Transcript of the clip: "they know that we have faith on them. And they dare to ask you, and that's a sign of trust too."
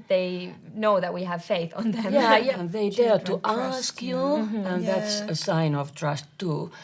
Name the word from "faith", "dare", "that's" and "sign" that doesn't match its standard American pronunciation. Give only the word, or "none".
none